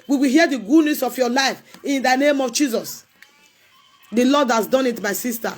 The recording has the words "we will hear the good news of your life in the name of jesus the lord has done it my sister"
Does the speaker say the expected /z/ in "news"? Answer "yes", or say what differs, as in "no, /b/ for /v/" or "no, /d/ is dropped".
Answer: no, /s/ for /z/